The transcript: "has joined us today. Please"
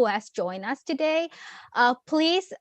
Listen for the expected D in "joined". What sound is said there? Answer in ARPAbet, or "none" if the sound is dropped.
none